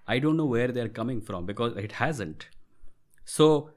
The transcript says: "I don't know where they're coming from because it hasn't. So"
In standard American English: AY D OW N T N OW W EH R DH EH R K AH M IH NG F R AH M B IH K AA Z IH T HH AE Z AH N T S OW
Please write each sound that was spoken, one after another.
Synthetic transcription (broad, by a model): AY D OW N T N OW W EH R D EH R K AH M IH NG F R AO M B IH K AA Z IH T HH AE Z AH N T S OW